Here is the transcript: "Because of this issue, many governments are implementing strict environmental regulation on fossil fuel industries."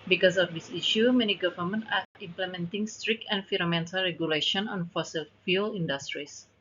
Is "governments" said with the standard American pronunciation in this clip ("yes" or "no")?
no